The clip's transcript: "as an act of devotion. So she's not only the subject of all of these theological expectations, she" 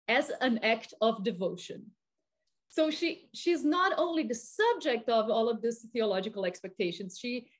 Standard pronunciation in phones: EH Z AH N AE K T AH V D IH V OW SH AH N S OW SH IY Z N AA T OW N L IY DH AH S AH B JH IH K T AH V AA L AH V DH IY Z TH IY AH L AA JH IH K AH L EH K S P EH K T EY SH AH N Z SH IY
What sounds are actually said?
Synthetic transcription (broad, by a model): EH Z AH N AE K T AH V D IH V OW SH AH N S OW SH IY Z N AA T OW N L IY DH AH S AH B JH IH K T AH V AA L AH V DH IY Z TH IY AH L AA JH IH K AH L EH K S P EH K T EY SH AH N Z SH IY